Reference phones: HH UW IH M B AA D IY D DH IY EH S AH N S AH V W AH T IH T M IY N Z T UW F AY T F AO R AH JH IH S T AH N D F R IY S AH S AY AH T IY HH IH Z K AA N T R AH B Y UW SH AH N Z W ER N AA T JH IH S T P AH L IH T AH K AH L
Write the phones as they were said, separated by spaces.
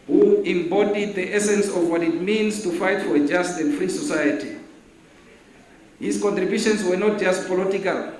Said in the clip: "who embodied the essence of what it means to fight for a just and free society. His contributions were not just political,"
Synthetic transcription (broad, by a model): HH UW IH M B AA D IY D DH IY EH S AH N S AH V W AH T IH T M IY N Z T UW F AY T F AO R AH JH IH S T AH N D F R IY S AH S AY AH T IY HH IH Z K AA N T R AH B Y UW SH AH N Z W ER N AA T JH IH S T P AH L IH T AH K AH L